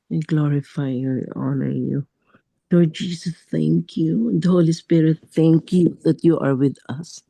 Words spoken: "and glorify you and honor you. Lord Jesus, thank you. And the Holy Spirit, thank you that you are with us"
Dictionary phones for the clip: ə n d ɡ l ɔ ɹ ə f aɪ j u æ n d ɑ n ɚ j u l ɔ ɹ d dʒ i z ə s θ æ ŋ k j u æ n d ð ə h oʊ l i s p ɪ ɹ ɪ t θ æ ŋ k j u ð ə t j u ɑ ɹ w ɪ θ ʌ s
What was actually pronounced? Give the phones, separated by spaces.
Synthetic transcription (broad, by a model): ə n ɡ l ɔ ɹ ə f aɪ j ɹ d ɑ n ɚ j u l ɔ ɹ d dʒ i s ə s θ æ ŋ k j u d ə h oʊ l i s p ɪ ɹ ɪ t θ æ ŋ k j u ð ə t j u ɑ ɹ w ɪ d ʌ s